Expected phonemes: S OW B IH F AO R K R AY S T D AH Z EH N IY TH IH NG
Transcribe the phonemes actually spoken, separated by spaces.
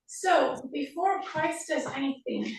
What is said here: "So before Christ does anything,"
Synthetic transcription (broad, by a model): S OW B IH F AO R K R AY S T D AH Z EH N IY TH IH NG